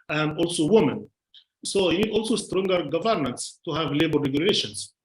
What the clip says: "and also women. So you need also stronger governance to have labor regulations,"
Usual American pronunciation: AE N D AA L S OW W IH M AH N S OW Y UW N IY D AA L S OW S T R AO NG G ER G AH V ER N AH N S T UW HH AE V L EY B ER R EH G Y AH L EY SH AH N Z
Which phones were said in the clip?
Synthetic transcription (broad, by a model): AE N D AA L S OW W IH M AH N S OW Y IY N IY D AA L S OW S T R AO NG G ER G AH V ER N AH N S T UW HH AE V L EY B ER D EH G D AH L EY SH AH N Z